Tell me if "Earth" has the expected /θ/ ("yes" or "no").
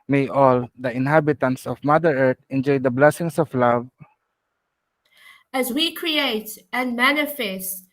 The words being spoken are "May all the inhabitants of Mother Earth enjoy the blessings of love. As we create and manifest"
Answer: no